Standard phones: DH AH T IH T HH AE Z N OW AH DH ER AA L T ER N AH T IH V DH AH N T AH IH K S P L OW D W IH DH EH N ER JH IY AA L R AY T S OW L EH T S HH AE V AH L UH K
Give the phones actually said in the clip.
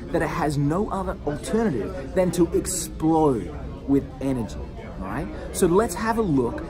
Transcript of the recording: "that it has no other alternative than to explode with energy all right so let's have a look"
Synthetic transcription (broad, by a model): DH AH T IH T HH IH Z N OW AH DH ER L T ER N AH T IH V DH AH N T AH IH K S P L OW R W IH DH EH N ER JH IY R AY T S OW L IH T S HH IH V AH L UH K